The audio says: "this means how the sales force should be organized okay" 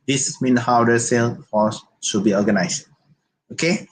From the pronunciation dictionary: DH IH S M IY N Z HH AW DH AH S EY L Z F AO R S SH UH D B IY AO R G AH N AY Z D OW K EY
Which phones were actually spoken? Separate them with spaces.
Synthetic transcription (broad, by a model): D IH S M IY N HH AW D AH S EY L F AO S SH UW B IY AO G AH N AY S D OW K EY